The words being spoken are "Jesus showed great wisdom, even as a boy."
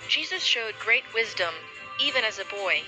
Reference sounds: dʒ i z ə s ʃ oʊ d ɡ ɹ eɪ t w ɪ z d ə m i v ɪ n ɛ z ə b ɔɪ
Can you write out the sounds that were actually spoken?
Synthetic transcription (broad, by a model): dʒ i z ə s ʃ oʊ d ɡ ɹ eɪ t w ɪ z d ə m i v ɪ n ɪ z ə b ɔɪ